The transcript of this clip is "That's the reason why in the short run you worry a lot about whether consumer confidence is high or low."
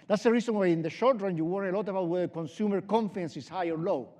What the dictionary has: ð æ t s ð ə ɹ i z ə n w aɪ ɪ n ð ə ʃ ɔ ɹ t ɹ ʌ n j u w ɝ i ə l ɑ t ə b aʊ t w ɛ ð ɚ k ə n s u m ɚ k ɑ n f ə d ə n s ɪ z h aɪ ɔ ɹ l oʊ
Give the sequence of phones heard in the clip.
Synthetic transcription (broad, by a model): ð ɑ t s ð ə ɹ i s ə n w aɪ ɪ n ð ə ʃ ɔ ɹ t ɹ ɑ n j u w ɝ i ə l ɑ t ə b aʊ t w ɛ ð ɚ k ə n s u m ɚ k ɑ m f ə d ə n s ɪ s h aɪ ɔ ɹ l oʊ